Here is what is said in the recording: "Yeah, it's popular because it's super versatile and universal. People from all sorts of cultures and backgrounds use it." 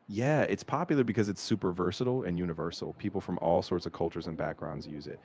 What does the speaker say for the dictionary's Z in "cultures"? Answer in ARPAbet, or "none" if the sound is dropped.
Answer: Z